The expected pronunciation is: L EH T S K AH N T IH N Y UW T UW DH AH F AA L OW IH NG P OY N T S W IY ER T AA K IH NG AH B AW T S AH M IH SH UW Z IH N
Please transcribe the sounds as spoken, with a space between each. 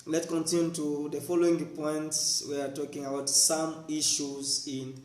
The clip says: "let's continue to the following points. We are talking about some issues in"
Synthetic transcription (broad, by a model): L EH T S K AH N T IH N Y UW T UW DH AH F AA L OW IH NG P OY N T S W IY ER T AA K IH NG AH B AW T S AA M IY SH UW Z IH N